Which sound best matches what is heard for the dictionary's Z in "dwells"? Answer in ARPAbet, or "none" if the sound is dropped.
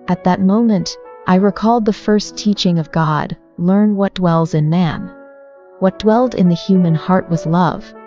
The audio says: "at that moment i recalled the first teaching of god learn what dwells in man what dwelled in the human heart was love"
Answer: Z